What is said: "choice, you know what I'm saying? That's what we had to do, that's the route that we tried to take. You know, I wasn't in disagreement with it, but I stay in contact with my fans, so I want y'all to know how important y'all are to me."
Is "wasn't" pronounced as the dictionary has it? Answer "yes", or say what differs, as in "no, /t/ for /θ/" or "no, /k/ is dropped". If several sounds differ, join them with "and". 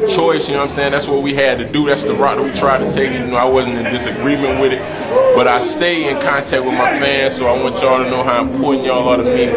yes